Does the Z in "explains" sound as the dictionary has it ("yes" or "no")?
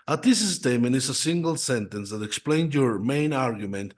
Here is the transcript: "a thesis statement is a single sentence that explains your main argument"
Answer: no